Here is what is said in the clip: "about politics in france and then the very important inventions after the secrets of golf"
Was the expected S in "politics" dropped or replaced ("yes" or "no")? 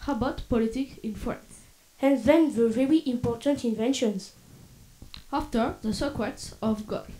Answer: yes